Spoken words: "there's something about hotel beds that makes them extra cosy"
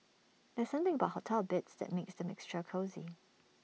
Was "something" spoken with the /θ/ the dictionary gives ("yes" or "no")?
yes